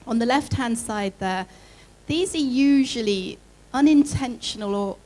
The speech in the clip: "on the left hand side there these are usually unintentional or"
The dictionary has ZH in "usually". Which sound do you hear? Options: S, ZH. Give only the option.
ZH